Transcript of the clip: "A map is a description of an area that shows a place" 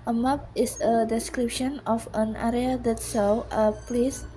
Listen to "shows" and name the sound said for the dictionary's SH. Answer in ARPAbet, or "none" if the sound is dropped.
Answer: S